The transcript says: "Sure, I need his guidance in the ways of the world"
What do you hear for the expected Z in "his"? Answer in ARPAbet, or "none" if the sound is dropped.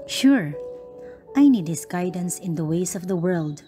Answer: S